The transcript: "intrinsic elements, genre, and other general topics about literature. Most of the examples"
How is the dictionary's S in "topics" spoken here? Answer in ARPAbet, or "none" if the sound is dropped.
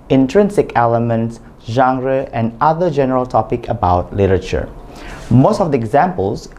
none